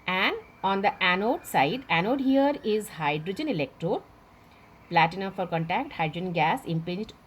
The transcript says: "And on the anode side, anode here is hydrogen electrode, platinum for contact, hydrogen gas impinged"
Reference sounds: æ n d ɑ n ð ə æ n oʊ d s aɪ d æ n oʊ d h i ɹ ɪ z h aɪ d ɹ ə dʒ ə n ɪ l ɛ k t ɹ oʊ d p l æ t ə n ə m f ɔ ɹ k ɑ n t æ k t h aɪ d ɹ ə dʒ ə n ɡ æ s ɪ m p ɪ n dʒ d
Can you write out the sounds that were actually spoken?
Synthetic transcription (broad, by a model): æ n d ɑ n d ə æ n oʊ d s aɪ d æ n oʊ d h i ɹ ɪ z h aɪ d ɹ ə dʒ ə n ɪ l ɛ k t ɹ oʊ d p l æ t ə n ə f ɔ ɹ k ɑ n t æ k t h aɪ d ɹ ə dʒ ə n ɡ æ s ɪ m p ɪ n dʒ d